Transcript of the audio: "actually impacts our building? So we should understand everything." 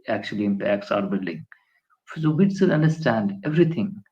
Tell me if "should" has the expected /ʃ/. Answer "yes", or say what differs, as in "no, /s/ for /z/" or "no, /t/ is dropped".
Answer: no, /s/ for /ʃ/